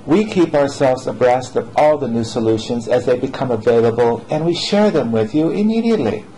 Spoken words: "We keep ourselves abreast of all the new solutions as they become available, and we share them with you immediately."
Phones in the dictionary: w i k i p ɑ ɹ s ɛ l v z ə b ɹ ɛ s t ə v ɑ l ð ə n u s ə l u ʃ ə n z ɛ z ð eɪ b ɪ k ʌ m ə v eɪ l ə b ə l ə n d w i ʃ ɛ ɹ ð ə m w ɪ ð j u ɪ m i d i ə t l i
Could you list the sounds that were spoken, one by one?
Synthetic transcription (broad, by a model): w i k i p ɑ ɹ s ɛ l v z ə b ɹ ɛ s t ə v ɑ l ð ə n u s ə l u ʃ ə n z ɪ z ð eɪ b ɪ k ʌ m ə v eɪ l ə b ə l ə n w i ʃ ɛ ɹ ð ə m w ɪ ð j u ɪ m i d i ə t l i